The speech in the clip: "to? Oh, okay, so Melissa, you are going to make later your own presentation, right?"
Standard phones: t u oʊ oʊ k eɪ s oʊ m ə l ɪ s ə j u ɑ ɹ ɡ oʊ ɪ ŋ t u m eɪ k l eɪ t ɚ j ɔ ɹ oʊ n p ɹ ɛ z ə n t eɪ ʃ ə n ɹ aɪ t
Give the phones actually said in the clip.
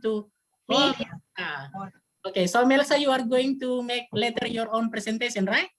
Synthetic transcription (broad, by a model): t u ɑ oʊ k eɪ s oʊ m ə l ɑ s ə j u ɑ ɹ ɡ oʊ ɪ ŋ t u m eɪ k l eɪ t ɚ j ɔ ɹ oʊ n p ɹ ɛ s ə n t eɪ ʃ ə n ɹ aɪ t